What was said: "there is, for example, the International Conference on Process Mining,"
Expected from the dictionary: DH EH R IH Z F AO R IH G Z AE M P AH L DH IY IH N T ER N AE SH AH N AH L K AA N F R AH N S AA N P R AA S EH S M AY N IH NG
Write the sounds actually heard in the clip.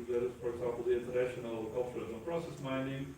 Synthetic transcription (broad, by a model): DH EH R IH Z F AO R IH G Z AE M P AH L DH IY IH N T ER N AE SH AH N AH L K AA L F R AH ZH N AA L P R AA S EH S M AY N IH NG